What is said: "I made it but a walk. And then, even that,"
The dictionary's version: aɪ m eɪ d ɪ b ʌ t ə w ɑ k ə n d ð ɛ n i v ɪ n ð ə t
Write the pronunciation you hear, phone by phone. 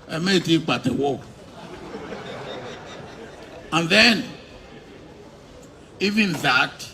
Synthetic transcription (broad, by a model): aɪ m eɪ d ɪ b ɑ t ə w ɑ ə n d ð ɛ n i v ɪ n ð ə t